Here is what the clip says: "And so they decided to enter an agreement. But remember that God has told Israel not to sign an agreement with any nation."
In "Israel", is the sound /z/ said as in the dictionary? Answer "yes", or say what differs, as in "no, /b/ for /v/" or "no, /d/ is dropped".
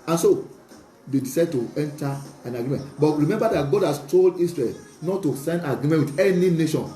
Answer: no, /s/ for /z/